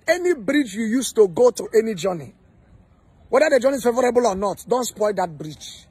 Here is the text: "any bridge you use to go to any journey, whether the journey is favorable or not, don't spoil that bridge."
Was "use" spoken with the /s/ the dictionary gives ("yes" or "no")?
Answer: yes